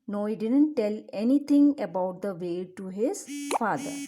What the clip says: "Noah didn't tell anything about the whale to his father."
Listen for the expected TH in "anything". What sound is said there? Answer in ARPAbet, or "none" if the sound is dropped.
T